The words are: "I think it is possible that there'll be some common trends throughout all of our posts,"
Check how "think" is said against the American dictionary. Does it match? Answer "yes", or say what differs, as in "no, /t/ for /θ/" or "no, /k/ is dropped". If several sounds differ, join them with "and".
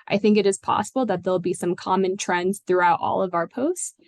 yes